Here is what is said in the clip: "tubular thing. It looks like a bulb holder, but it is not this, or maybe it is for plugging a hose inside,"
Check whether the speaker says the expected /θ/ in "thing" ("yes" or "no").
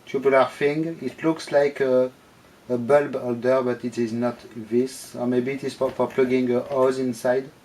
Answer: no